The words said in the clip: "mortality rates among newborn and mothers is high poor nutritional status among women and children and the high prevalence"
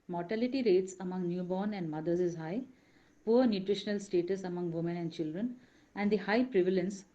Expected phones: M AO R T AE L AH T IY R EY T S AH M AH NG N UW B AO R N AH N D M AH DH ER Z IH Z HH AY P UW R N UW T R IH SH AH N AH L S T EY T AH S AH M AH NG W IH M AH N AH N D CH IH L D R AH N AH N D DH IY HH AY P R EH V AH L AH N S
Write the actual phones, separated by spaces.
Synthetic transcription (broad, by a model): M AO R T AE L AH T IY R EY T S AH M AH NG N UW B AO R N AH N D M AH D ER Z IH Z HH AY P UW R N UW T R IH SH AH N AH L S T EY T AH S AH M AH NG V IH M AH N AH N D CH IH L D R AH N AH N D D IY HH AY P R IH V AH L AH N S